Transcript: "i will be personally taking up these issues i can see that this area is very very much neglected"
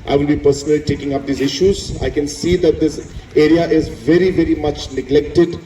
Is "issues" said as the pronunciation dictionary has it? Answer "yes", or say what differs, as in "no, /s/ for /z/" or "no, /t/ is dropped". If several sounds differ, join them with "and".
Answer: yes